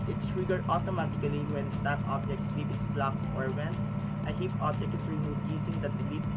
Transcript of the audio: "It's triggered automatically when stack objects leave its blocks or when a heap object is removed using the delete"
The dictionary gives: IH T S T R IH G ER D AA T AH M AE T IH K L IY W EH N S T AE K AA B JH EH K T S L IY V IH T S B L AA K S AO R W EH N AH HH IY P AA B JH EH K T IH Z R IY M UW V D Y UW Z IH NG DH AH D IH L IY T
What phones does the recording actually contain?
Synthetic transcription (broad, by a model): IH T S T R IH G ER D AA T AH M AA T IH K L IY W EH N S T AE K AA B JH EH K T S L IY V IH T S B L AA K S AO R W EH N AH HH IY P AA B JH EH K T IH S R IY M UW D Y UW S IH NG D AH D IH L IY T